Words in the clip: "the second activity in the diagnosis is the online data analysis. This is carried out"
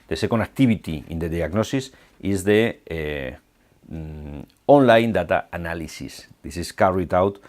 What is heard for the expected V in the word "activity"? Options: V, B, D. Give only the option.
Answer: B